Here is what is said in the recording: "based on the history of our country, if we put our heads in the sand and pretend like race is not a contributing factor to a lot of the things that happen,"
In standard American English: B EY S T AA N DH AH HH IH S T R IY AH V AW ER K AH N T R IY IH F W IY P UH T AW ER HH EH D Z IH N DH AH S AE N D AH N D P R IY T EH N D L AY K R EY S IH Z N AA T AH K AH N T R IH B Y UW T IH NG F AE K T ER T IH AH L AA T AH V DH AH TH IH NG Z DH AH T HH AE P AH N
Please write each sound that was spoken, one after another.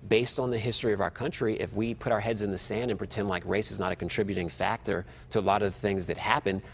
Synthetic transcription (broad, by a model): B EY S T N DH AH HH IH S T R IY AH V AW ER K AH N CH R IY IH F W IY P UH T AW ER HH EH D Z IH N DH AH S AE N D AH N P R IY T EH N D L AY K R EY S IH Z N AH T AH K N T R IH B Y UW T IH NG F AE K T ER T IH AH L AA T AH V TH IH NG Z DH AH T HH AE P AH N